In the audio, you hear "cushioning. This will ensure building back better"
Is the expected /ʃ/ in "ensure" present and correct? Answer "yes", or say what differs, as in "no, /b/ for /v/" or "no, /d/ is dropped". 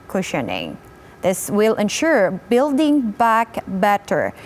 yes